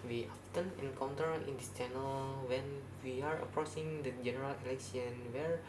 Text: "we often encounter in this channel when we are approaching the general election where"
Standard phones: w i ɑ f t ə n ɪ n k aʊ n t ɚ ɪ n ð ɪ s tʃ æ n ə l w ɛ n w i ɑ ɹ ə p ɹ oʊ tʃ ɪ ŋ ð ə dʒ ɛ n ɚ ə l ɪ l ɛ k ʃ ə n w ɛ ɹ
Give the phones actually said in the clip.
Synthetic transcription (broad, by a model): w i ɑ f t ə n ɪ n k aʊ n t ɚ ɪ n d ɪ s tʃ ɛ n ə l w ɛ n w i ɑ ɹ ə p ɹ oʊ s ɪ ŋ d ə dʒ ɛ n ɚ ə l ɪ l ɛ k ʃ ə n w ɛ ɹ